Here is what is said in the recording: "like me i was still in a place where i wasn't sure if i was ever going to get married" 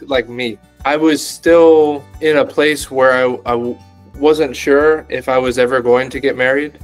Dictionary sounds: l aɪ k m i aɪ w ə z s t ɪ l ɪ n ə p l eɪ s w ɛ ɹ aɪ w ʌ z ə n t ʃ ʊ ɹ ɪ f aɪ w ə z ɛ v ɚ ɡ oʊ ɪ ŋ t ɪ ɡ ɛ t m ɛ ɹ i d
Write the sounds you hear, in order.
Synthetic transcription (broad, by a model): l aɪ k m i aɪ w ə z s t ɪ l ɪ n ə p l eɪ s w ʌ ɹ aɪ w ʌ z ə n t ʃ ʊ ɹ ɪ f aɪ w ə z ɛ v ɚ ɡ oʊ ɪ ŋ t ɪ ɡ ɛ t m ɛ ɹ i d